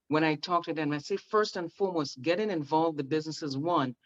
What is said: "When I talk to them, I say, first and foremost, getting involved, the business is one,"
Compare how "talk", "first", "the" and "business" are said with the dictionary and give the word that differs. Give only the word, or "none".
none